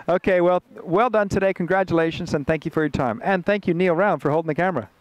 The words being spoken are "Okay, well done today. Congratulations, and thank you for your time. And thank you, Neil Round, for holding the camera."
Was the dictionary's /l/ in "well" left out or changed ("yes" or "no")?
no